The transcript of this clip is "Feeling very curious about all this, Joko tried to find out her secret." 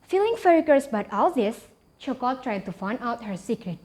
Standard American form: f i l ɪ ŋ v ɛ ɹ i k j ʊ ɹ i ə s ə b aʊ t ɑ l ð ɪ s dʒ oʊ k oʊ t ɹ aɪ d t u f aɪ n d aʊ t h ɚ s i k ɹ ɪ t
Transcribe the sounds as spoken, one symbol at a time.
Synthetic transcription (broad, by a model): f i l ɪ ŋ f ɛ ɹ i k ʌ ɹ s b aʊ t ɑ l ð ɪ s tʃ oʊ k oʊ t ɹ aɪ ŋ t u f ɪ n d aʊ t h ɚ s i k ɹ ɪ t